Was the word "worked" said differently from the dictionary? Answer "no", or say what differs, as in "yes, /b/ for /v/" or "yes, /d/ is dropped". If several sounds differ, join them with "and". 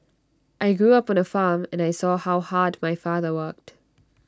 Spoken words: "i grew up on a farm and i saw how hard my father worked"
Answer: no